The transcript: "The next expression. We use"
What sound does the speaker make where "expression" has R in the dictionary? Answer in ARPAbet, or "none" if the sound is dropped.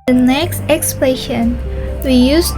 L